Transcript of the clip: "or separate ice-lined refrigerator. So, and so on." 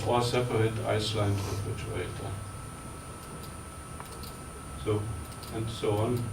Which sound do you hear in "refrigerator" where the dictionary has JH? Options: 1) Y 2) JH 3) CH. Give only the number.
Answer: 3